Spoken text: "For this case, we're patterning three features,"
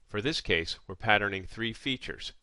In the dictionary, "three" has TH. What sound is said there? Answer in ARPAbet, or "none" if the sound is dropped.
TH